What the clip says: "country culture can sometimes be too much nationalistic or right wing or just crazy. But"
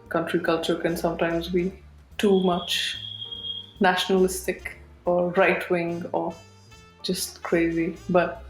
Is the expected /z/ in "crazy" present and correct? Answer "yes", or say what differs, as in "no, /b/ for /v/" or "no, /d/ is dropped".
yes